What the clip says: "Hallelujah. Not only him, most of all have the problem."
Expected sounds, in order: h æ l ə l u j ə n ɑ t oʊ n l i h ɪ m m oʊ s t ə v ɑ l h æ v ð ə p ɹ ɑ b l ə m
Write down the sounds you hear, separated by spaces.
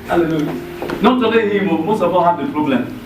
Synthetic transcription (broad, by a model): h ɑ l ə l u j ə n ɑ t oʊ l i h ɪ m m oʊ s t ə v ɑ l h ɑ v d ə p ɹ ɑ b l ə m